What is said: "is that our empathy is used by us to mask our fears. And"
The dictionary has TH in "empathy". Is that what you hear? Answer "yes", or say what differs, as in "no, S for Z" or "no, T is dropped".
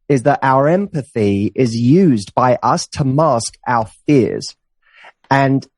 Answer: yes